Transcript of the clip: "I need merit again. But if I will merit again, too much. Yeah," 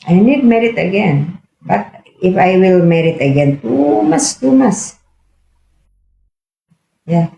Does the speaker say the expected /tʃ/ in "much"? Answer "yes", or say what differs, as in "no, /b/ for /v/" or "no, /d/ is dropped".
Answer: no, /s/ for /tʃ/